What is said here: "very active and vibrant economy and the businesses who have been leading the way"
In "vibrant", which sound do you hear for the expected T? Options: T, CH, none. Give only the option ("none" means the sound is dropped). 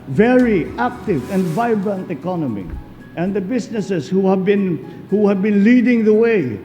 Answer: T